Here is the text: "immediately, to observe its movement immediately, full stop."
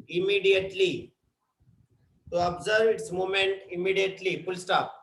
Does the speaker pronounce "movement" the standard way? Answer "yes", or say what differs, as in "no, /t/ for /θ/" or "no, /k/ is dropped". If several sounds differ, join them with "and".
no, /v/ is dropped